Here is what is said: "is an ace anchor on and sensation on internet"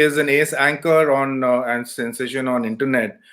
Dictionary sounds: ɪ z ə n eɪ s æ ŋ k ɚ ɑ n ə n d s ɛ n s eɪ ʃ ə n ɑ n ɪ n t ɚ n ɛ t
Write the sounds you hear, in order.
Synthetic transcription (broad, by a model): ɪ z ə n eɪ s æ ŋ k ɚ ɑ n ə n s ɛ n s eɪ ʃ ə n ɑ n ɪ n t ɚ n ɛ t